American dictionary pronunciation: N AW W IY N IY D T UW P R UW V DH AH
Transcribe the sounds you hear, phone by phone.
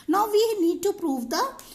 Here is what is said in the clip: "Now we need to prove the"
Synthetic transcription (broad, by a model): N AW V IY N IY D T UW P R UW V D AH